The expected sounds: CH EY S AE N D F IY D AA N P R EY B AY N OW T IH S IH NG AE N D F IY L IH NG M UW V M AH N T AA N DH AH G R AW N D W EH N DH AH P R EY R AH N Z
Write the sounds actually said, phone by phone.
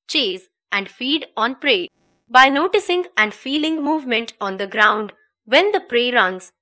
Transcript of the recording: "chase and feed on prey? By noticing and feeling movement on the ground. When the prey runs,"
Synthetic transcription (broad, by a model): CH EY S AE N D F IY D AA N P R EY B AY N OW T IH S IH NG AE N D F IY L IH NG M UW V M AH N T AA N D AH G R AW N D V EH N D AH P R EY R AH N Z